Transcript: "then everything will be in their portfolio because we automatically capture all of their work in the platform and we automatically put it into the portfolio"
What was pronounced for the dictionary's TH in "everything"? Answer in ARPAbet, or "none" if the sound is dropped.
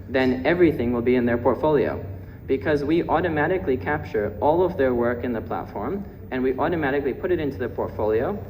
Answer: TH